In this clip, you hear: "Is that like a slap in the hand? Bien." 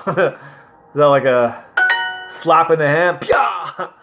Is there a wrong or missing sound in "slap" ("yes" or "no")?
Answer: no